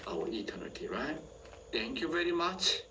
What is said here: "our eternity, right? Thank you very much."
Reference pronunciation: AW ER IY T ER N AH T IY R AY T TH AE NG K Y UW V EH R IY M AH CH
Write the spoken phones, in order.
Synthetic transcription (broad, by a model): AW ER IY T ER N AH T IY R AY T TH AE NG K Y UW V EH R IY M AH CH